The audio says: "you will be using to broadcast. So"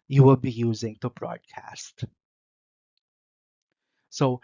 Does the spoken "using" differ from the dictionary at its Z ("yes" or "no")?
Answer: no